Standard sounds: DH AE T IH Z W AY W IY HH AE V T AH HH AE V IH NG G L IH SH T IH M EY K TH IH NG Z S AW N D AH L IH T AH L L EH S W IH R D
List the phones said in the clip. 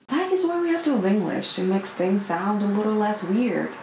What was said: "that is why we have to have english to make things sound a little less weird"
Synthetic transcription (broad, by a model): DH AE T IH Z W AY W IY HH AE F T AH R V IH NG G L IH SH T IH M EY K TH IH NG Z S AW N D AH L IH T L L EH S W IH R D